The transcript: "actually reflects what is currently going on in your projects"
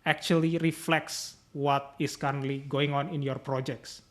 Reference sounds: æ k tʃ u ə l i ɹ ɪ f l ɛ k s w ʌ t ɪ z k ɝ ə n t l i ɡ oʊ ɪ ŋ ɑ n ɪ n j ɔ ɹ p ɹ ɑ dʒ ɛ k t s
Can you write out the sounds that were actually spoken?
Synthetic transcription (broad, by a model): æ k tʃ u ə l i ɹ ɪ f l ɛ k s w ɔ t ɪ s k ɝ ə n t l i ɡ oʊ ɪ ŋ ɑ n ɪ n j ɔ ɹ p ɹ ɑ dʒ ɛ k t s